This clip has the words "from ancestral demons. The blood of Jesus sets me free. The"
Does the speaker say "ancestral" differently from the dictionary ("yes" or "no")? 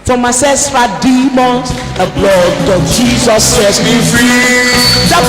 yes